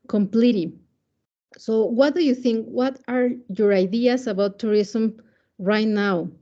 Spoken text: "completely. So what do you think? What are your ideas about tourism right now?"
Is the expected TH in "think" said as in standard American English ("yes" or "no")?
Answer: yes